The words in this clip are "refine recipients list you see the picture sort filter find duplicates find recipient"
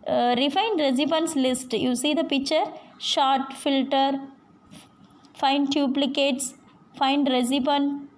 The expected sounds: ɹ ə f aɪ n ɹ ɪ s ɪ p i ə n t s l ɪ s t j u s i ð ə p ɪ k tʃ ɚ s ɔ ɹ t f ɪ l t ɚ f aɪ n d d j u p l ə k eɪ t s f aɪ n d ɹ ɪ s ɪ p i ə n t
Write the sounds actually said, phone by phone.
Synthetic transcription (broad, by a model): ɹ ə f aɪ n ɹ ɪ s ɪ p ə n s l ɪ s t j u s i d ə p ɪ k tʃ ɚ ʃ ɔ t f ɪ l t ɚ f aɪ n d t j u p l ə k eɪ t s f aɪ n d ɹ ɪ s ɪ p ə n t